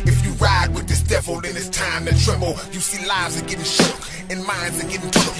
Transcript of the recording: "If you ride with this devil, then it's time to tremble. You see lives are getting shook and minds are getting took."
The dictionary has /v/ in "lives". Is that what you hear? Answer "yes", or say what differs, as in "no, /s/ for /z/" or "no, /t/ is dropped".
yes